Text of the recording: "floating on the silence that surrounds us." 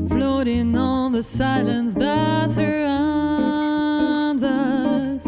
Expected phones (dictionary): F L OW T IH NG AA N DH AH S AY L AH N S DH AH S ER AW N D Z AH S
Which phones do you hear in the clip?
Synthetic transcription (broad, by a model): F L OW T IH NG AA L DH AH S AY L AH N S DH AH TH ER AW N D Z AH S